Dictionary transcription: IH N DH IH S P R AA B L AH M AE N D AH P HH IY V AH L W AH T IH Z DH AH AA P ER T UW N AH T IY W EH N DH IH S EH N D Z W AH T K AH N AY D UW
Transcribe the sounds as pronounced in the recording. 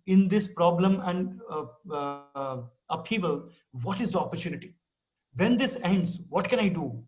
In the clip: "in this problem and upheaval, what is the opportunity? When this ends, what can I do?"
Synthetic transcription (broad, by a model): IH N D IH S P R AA B L AH M AE N D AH P IY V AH L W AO T IH Z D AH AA P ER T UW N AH T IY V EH N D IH S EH N D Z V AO T K AH N AY D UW